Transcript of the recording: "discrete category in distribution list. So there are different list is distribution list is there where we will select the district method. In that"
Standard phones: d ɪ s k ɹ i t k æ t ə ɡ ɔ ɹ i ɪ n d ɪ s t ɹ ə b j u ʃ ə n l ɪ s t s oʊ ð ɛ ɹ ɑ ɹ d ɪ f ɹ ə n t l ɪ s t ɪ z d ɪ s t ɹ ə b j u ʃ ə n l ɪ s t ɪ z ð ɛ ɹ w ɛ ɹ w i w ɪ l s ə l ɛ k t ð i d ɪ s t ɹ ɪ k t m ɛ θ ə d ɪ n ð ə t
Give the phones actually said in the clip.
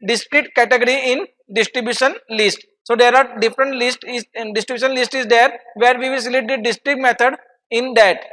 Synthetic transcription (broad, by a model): d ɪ s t ɹ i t k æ t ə ɡ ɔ ɹ i ɪ n d ɪ s t ɹ ə b j u ʃ ə n l ɪ s t s oʊ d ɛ ɹ ɑ ɹ d ɪ f ɹ ə n t l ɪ s t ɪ d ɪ s t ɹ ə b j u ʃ ə n l ɪ s t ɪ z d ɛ ɹ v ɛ ɹ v i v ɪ l s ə l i t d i d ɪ s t ɹ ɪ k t m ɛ t ə d ɪ n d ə t